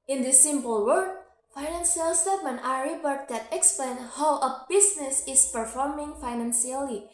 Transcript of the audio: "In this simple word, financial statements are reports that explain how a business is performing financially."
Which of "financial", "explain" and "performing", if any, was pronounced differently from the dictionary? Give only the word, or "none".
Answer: financial